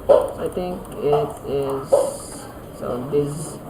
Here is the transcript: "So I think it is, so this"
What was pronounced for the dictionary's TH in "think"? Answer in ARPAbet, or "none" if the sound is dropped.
T